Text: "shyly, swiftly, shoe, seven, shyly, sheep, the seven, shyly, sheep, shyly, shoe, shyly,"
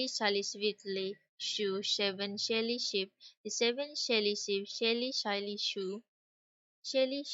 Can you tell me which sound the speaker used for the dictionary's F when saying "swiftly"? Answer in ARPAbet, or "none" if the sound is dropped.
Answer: none